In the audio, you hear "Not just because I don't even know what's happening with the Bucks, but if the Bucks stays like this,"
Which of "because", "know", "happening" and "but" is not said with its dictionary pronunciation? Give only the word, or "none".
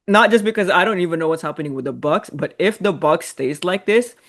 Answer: none